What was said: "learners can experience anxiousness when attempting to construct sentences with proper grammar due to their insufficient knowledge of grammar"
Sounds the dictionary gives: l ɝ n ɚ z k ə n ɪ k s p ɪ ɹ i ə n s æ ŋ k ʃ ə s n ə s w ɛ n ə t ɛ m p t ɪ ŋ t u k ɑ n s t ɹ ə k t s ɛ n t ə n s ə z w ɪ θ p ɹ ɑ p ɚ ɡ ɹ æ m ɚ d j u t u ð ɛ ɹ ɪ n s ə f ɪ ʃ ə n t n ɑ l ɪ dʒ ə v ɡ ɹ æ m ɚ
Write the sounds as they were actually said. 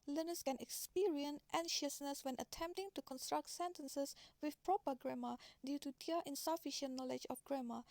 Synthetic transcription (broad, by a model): l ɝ n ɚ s k ə n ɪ k s p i ɹ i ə n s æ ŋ ʃ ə s n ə s w ɛ n ə t ɛ m p t ɪ ŋ t u k ɑ n s t ɹ ə k t s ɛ n t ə n s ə s w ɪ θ p ɹ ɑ p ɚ ɡ ɹ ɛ m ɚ d j u t u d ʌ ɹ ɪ n s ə f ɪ ʃ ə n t n ɑ l ɪ dʒ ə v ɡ ɹ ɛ m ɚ